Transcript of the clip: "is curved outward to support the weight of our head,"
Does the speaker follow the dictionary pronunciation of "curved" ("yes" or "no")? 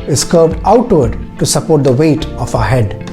no